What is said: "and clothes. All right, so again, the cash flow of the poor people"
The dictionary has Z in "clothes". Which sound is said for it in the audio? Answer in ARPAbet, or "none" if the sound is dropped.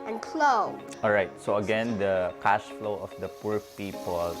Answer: none